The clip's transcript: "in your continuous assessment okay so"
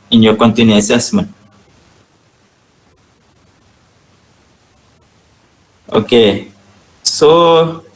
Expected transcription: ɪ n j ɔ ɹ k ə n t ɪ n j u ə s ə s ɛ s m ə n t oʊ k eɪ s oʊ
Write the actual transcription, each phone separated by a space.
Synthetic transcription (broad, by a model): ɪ n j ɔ k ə n t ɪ n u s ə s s m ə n oʊ k eɪ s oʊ